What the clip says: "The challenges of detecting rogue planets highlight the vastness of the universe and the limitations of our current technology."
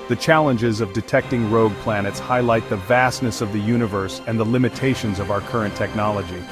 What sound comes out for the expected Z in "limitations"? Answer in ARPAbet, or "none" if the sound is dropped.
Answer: Z